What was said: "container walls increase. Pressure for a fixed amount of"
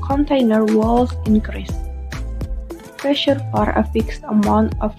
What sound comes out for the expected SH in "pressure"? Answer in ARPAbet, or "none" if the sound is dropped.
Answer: SH